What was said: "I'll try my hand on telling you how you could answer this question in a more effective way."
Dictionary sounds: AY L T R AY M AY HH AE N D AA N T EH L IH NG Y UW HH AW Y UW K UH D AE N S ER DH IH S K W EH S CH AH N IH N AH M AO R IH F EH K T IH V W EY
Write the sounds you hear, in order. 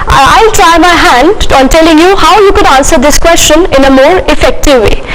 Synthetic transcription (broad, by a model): AY L T R AY M AY HH AE N D AA N T EH L IH NG Y UW HH AW Y UW K UH D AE N S ER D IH S K W EH S CH AH N IH N AH M AO R IH F EH K T IH V EY